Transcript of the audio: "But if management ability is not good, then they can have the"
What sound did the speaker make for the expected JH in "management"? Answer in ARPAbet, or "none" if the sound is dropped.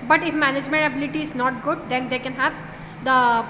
JH